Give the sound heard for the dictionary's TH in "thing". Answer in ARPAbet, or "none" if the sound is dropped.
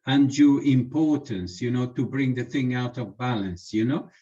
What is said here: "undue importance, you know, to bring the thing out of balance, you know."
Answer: TH